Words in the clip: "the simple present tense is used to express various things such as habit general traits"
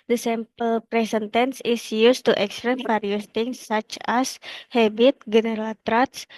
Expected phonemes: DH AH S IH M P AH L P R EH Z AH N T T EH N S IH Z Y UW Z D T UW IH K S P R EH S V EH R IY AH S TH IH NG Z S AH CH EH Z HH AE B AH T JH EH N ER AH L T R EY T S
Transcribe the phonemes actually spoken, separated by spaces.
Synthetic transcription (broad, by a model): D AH S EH M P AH L P R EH S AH N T T EH N S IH S Y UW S T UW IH K S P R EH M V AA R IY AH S T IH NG S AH CH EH S HH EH B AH T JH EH N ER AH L T R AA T S